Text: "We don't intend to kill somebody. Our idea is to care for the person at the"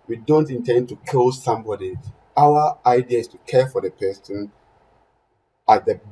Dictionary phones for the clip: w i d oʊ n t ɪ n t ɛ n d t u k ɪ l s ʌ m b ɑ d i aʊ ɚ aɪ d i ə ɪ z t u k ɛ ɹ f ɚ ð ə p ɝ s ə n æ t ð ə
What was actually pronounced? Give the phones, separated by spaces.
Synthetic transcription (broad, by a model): w i d oʊ n t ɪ n t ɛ n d t u k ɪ l s ʌ m b ɑ d i aʊ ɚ aɪ d i ə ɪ s t u k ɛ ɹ f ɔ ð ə p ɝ s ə n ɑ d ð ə